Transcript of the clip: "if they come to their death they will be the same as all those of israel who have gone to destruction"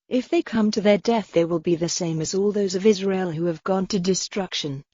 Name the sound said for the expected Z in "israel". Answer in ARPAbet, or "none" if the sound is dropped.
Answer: Z